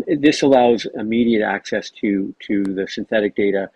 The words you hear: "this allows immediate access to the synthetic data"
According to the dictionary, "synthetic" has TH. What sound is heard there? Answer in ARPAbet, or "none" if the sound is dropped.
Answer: TH